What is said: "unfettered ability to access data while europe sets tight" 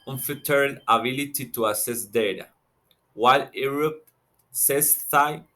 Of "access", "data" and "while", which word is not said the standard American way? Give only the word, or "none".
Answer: access